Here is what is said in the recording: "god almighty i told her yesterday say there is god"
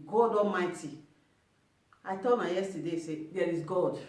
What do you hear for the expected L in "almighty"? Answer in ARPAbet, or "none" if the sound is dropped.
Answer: none